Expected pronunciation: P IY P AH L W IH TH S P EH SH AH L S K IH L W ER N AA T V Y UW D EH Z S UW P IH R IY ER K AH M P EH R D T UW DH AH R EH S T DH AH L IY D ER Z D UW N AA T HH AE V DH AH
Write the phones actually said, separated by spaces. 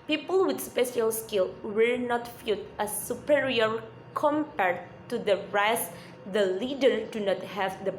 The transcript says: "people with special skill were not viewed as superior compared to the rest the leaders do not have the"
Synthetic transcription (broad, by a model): P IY P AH L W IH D S P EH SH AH L S K IH L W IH N AA T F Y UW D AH S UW P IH R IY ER K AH M P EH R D T UW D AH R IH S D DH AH L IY D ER D UW N AA T HH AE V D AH